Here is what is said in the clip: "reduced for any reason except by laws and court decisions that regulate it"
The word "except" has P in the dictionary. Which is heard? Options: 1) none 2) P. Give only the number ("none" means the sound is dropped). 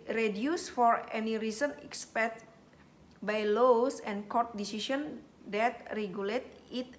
1